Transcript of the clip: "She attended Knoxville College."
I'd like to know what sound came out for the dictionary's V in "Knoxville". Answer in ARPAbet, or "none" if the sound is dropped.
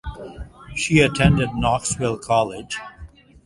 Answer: W